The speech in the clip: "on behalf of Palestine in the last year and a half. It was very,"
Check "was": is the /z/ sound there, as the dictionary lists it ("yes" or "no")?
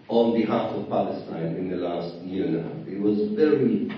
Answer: yes